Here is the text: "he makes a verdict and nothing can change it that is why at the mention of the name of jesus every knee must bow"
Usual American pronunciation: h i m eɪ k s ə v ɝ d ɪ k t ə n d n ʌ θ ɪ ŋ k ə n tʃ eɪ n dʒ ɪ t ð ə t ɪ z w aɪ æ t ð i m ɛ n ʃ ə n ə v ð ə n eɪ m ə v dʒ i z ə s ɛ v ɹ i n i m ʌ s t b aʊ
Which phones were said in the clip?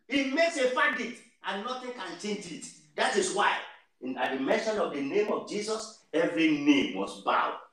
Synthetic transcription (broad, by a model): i m eɪ k s ə f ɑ d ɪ t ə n n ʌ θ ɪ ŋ k ə n tʃ eɪ n dʒ ɪ t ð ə t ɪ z w aɪ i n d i m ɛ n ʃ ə n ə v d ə n eɪ m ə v dʒ i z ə s ɛ v ɹ i n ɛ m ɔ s b aʊ